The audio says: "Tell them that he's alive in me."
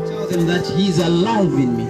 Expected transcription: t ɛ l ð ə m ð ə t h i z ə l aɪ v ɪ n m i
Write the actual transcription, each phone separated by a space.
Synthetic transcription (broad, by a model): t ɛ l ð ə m ð ə t h i z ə l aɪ w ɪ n m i